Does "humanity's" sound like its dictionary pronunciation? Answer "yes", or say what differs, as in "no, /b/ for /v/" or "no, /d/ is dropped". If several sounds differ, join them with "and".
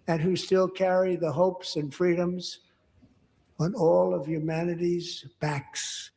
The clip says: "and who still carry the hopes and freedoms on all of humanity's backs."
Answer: yes